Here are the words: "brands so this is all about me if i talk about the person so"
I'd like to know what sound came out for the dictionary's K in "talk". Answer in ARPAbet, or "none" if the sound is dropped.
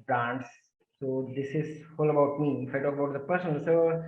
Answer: none